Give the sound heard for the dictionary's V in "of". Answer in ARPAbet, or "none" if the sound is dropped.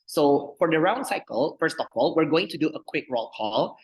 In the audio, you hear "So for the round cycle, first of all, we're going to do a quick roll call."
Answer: P